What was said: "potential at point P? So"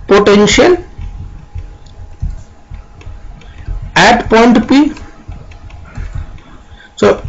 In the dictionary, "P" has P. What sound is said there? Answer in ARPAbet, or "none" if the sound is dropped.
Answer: P